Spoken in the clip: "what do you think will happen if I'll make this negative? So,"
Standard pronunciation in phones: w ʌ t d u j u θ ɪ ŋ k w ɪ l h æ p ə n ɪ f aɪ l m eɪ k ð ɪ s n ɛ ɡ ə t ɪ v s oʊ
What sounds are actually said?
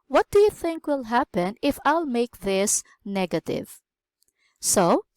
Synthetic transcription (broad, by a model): w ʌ t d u j u θ ɪ ŋ k w ɪ l h æ p ə n ɪ f aɪ l m eɪ k ð ɪ s n ɛ ɡ ə t ɪ v s oʊ